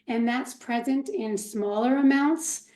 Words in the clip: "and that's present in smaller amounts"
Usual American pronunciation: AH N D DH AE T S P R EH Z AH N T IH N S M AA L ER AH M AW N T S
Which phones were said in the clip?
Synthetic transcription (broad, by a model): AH N DH AE T S P R EH Z AH N T IH N S M AA L ER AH M AW N T S